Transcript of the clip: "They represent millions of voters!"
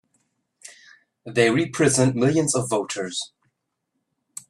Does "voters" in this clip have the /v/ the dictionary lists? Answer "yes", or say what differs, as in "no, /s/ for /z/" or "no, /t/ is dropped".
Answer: yes